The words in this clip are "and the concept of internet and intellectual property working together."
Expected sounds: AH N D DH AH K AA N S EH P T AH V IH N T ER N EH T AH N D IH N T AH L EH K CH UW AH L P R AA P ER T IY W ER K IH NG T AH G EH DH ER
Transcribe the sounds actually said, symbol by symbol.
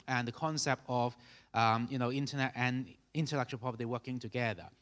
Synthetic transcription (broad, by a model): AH N DH AH K AA N S EH P T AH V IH N T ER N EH T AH N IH N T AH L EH K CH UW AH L P AA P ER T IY W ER K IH NG T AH G EH DH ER